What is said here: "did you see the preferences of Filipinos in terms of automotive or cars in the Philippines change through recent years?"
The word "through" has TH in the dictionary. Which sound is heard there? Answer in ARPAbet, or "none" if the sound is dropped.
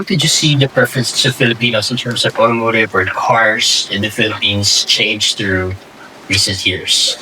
TH